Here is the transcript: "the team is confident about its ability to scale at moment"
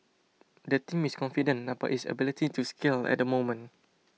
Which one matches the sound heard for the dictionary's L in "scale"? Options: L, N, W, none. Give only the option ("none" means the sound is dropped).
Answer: L